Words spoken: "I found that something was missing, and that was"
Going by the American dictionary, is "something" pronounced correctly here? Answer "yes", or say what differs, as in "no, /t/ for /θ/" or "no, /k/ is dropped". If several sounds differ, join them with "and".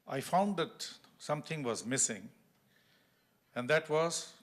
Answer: no, /t/ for /θ/